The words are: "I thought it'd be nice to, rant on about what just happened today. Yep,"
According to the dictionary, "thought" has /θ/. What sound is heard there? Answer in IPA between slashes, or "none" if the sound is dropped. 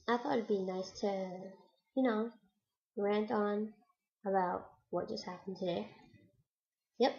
/θ/